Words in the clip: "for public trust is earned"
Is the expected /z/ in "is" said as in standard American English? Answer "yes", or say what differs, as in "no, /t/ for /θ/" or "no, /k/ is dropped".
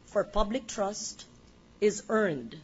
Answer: yes